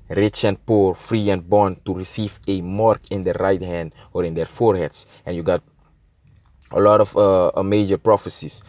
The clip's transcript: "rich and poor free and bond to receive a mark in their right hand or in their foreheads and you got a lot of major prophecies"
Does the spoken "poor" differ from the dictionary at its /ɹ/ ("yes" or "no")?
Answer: no